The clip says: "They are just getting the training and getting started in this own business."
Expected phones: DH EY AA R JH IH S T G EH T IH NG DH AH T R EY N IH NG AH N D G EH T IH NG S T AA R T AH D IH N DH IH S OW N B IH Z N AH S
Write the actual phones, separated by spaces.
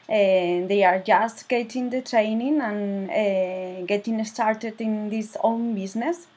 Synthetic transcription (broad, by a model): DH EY AA R JH IH S T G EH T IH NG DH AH T R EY N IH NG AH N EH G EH T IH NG S T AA R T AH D IH N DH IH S OW N B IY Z N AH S